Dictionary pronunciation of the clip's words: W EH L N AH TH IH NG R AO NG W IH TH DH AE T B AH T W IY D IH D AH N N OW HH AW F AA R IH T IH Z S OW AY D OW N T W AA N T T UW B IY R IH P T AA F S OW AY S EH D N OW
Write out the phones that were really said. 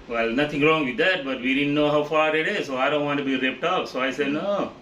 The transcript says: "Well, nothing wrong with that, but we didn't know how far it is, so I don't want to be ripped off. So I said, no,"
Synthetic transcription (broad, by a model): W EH L N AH T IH NG R AO NG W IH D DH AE T B AH T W IY D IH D N N OW HH AW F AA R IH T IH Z S OW AY D OW N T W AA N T T UW B IY R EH P T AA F S OW AY S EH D N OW